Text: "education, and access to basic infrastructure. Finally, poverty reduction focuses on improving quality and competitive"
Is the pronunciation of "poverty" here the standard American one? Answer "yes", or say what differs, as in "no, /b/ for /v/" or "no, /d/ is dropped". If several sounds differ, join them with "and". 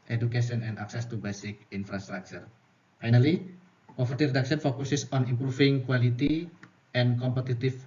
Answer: no, /f/ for /v/